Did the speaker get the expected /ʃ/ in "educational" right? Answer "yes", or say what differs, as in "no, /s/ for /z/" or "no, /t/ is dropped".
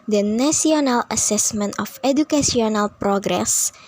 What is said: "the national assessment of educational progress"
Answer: no, /s/ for /ʃ/